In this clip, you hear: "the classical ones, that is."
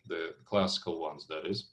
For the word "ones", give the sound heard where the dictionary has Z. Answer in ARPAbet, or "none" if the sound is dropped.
Z